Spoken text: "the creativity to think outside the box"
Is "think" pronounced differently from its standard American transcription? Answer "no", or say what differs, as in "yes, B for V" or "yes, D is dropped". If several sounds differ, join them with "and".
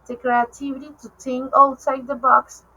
yes, T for TH